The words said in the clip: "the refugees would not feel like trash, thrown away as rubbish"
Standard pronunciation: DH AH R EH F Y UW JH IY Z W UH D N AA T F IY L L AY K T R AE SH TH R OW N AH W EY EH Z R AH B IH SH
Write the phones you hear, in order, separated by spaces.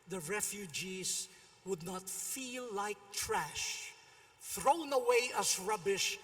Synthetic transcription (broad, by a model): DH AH R EH F Y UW JH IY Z W UH D N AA T F IY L L AY K T R AE SH TH R OW N AH W EY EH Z R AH B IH SH